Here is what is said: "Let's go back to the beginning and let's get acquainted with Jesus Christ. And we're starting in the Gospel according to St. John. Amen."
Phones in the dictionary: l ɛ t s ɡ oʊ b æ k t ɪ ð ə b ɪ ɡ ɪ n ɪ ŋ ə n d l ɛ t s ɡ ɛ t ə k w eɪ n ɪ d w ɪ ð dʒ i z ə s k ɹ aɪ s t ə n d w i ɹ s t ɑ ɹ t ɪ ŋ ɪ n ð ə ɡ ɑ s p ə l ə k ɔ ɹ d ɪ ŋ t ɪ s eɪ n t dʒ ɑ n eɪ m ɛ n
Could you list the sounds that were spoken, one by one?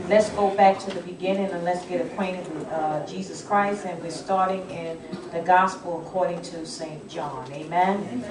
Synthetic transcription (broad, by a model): l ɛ t s ɡ oʊ b æ k t ɪ ð ə b ɪ ɡ ɪ n ɪ ŋ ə n l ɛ t s ɡ ɛ t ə k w eɪ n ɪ d w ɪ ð dʒ i z ə s k ɹ aɪ s t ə n w i ɹ s t ɑ ɹ t ɪ ŋ ɪ n ð ə ɡ ɑ s p l ə k ɔ ɹ d ɪ ŋ t ɪ s eɪ n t dʒ ɑ n eɪ m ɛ n